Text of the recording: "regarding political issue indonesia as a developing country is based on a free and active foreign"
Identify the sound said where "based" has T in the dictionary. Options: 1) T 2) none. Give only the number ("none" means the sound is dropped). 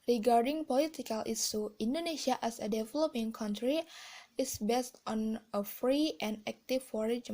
1